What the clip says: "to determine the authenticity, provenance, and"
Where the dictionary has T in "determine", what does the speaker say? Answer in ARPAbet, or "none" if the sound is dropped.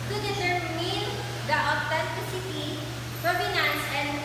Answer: S